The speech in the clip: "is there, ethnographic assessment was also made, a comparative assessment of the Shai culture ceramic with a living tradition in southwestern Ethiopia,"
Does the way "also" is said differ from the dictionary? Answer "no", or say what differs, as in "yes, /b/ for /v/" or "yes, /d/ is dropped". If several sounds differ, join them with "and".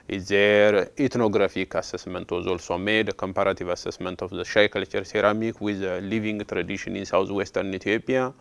no